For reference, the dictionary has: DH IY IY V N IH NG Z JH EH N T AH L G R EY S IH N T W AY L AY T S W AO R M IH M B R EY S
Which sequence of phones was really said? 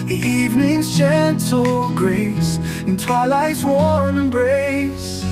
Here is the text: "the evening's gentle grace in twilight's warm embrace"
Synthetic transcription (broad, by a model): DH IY IY V N IH NG Z CH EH N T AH L G R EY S IH N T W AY L AY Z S W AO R IH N B R EY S